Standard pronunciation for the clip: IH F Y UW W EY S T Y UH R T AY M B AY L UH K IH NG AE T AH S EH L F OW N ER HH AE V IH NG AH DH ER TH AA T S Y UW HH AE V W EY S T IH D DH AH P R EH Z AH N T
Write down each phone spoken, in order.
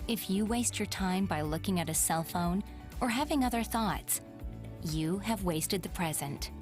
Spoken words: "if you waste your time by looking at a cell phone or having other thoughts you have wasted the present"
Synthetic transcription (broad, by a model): IH F Y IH W EY S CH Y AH R T AY M B AY L UH K IH NG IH T AH S EH L F OW N ER HH AE V IH NG AH DH ER TH AA T S Y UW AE V W EY S T IH D DH AH P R EH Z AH N T